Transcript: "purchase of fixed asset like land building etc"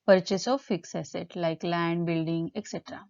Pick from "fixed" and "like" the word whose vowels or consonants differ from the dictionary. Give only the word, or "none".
fixed